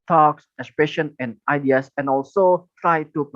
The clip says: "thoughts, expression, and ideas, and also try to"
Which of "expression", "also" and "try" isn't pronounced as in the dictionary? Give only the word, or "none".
none